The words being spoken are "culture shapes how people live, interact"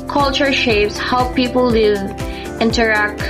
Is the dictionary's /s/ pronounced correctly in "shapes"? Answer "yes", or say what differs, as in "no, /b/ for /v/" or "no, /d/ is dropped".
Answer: yes